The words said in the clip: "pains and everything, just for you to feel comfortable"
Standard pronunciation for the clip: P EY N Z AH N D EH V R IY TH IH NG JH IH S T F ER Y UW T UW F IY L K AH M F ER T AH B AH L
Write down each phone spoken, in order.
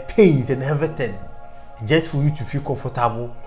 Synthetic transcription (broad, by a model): P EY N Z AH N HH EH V IY T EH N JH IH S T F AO Y UW T UW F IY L K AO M F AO T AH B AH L